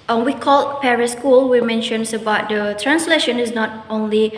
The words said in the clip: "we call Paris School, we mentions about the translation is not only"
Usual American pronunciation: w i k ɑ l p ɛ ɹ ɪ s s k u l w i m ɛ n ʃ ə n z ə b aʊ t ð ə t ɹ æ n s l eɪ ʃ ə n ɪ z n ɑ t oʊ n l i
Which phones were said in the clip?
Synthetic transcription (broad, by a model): w i k ɑ l p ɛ ɹ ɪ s s k u l w i m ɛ n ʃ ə n s ə b aʊ t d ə t ɹ æ n s l eɪ ʃ ə n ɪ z n ɑ t oʊ n l i